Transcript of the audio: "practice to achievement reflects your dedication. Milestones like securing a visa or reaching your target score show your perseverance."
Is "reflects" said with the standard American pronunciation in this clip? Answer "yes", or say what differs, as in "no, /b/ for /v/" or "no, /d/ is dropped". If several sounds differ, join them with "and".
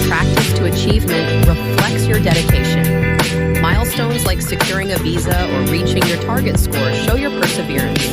yes